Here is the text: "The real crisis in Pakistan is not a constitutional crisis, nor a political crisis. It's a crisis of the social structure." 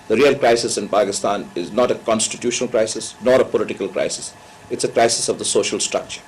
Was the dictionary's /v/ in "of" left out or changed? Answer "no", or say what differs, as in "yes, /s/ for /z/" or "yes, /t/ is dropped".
no